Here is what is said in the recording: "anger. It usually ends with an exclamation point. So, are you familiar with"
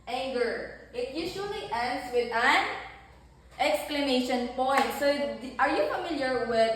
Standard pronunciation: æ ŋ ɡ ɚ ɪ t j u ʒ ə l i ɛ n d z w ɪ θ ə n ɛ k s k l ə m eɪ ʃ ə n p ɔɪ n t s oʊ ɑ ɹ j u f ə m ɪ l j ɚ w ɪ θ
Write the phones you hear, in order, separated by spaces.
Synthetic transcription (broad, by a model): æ ŋ ɡ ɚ ɪ t j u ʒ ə l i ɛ n d s w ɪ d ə n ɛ k s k l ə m eɪ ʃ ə n p ɔɪ n t s oʊ ɑ ɹ j u f ə m ɪ l j ɚ w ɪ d